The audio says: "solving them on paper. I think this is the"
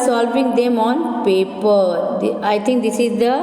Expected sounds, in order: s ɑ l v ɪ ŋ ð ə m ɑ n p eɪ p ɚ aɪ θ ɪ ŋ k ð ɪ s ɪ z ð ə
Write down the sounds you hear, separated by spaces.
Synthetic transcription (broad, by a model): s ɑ l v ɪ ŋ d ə m ɑ n p eɪ p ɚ aɪ t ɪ ŋ k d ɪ s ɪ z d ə